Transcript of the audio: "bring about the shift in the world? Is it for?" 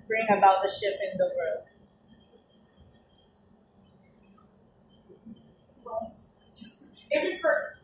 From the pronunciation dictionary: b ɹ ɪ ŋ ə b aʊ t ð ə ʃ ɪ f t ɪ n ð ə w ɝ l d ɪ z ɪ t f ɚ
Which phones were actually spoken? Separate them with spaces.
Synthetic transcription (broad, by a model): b ɹ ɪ ŋ ə b aʊ t ð ə ʃ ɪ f ɪ n ð ə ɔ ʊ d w ɪ z ɪ t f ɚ